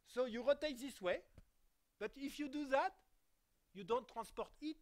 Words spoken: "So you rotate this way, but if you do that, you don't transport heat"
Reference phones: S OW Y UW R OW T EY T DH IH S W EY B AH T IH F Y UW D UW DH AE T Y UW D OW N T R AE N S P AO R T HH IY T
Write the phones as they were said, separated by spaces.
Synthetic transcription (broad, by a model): S OW Y UW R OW T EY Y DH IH S W EY B AH T IH F Y UW D UW DH AE T Y UW D OW N T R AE S P AO R T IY T